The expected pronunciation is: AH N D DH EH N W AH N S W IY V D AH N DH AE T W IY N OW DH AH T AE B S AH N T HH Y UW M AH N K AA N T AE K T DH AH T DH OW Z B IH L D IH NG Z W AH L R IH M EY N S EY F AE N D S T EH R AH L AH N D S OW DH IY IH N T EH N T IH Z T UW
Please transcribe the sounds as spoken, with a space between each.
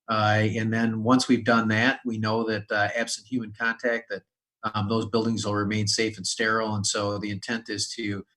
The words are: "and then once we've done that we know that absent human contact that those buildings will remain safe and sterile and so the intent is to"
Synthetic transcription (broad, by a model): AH N DH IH N W AH N S W IY V D AH N DH AE T W IY N OW DH AH T AE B S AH N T HH Y UW M AH N K AA N T AE K T DH AH T DH OW Z B IH L D IH NG Z W AH L R IH M EY N S EY F N S T EH R L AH N S OW DH IY IH N T EH N T IH Z T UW